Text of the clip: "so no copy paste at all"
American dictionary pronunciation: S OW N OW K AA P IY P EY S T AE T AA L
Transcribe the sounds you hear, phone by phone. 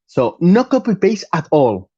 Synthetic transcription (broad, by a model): S OW N OW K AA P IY B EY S AH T AA L